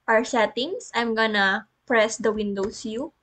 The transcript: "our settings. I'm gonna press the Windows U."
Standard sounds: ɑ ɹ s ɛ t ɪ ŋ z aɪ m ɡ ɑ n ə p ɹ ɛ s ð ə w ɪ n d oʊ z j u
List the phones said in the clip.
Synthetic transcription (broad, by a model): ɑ ɹ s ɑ t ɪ ŋ s aɪ m ɡ ɑ n ə p ɹ ɛ s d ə w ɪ n d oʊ s j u